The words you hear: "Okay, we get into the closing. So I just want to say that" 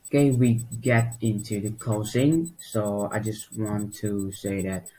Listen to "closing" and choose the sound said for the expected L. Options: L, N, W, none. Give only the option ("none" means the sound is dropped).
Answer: none